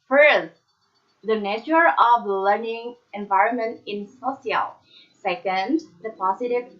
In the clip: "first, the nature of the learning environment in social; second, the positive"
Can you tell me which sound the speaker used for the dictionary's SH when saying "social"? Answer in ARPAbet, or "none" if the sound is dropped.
S